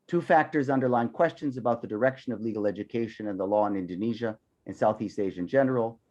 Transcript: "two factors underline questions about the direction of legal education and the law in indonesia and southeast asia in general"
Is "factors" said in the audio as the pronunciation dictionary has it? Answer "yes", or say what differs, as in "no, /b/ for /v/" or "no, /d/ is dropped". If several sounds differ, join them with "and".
yes